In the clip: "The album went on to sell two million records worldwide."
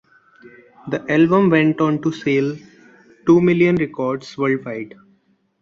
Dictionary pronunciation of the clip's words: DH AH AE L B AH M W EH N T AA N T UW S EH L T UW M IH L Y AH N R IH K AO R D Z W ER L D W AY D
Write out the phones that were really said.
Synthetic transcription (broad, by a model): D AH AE L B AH M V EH N T AA N T UW S EH L T UW M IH L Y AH N R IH K AO R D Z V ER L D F AY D